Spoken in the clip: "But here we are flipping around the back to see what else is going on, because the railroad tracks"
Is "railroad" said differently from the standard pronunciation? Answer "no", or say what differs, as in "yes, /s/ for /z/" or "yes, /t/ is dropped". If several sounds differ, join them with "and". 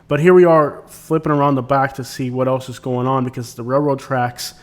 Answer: no